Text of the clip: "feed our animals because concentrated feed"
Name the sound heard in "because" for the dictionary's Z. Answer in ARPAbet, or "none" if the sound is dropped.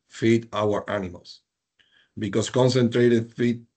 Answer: S